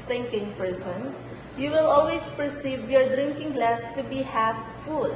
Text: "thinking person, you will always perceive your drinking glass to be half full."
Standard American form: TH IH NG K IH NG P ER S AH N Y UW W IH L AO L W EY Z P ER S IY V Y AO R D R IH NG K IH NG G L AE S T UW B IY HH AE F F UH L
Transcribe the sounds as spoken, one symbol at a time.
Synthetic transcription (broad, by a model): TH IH NG K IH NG P ER S AH N Y UW W IH L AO L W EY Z P ER S IY V Y AO R D R IH NG K IH NG G L AE S T UW B IY HH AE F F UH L